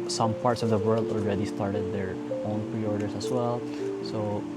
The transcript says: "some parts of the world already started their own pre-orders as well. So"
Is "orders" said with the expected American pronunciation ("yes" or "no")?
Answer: no